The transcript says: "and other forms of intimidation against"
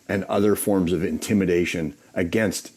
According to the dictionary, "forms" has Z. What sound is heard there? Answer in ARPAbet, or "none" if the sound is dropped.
Z